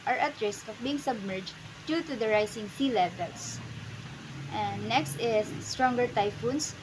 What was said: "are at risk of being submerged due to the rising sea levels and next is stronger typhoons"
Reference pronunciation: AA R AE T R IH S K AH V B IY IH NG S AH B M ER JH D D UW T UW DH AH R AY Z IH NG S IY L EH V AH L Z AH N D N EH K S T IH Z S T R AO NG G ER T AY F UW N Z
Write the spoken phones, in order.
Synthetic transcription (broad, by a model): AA R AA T R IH S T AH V B IY IH NG S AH B M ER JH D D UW T UW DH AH R AY S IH NG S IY L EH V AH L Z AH N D N EH K S T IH S T R AO NG G ER T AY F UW N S